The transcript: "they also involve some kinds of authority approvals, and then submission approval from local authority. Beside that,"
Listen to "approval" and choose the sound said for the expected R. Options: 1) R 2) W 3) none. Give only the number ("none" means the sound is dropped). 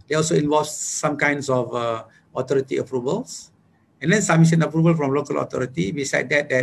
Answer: 1